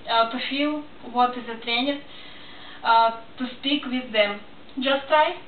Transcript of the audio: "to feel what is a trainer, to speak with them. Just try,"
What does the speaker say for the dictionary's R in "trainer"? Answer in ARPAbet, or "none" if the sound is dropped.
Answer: R